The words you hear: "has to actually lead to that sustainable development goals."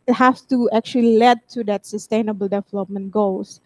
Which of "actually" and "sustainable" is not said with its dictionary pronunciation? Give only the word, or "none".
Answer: none